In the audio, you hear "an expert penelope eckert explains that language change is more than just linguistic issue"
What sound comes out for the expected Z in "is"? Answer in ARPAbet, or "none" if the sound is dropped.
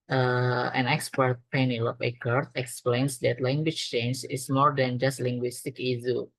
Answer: S